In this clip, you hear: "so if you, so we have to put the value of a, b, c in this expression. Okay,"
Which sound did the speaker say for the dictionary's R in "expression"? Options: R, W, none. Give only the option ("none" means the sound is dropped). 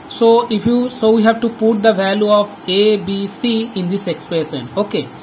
none